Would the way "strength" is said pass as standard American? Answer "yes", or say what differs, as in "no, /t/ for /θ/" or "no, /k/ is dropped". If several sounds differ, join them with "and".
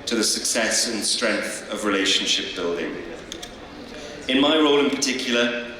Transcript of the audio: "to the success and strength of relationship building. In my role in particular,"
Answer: yes